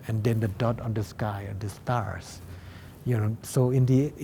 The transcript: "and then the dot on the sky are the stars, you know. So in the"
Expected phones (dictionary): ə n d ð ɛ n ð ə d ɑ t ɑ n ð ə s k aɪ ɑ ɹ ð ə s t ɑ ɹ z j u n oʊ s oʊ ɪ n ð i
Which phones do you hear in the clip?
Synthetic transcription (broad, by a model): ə n d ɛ n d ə d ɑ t ɑ n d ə s k aɪ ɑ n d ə s t ɑ ɹ s j u n oʊ s oʊ ɪ n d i